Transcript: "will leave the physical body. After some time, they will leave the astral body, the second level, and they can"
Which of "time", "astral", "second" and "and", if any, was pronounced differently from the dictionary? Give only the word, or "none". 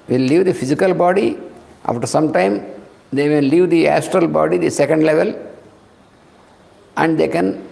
none